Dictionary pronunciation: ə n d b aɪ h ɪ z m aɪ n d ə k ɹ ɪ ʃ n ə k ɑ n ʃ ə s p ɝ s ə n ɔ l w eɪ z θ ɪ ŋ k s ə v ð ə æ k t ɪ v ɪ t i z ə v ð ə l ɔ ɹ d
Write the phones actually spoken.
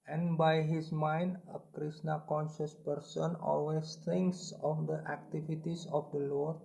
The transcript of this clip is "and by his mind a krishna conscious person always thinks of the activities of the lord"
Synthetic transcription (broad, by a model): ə n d b aɪ h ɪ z m aɪ n d ə k ɹ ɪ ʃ n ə k ɑ n ʃ ə s p ɝ s ə n ɔ l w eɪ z t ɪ ŋ k s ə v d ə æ k t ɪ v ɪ t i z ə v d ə l ɔ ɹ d